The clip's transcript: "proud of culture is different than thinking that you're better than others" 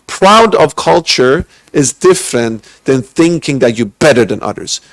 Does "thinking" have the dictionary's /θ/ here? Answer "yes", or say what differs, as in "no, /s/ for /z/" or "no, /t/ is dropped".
yes